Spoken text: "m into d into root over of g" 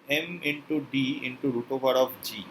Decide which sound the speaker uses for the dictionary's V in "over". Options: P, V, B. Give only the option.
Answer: B